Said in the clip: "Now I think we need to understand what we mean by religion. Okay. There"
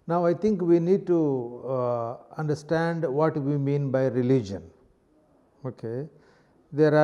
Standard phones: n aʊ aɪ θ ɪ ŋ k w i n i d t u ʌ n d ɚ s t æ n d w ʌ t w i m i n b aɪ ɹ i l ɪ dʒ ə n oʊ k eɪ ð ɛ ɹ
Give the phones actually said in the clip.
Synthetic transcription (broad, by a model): n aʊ aɪ t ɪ ŋ k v i n i d t u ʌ n d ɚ s t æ n d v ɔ t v i m i n b aɪ ɹ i l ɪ dʒ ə n oʊ k eɪ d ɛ ɹ